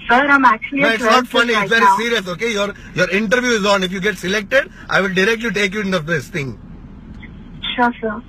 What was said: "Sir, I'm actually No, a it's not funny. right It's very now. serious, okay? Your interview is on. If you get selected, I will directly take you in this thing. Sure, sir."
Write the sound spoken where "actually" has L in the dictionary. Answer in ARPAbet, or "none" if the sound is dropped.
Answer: none